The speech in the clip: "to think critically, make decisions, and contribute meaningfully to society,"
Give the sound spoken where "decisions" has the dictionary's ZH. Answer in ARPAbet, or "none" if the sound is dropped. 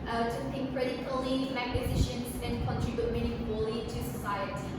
SH